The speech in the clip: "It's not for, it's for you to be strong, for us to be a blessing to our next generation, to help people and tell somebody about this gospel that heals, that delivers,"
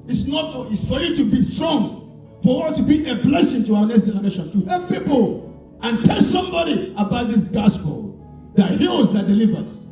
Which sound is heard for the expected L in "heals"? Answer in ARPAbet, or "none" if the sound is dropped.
none